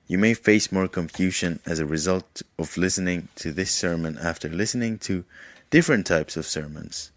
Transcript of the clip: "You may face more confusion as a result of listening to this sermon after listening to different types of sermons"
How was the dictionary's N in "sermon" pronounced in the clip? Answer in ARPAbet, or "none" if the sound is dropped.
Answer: N